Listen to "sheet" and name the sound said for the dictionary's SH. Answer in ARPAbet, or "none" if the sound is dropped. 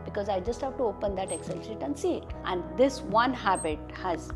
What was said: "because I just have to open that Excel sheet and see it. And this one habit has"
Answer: S